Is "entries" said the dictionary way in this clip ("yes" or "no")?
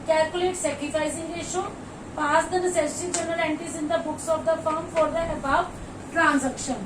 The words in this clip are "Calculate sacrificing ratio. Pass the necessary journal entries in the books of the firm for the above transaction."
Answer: no